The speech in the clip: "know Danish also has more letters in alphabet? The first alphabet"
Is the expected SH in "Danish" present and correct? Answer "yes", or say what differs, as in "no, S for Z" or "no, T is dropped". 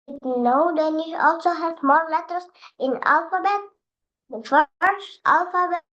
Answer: no, SH is dropped